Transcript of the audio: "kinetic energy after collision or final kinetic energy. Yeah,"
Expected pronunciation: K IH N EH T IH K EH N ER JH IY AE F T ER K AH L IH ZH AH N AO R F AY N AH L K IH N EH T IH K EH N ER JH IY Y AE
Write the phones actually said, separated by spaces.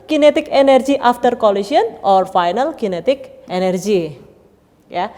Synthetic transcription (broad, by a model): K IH N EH T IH K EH N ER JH IY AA F T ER K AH L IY S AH N AO R F AY N AH L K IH N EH T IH K EH N ER JH IY Y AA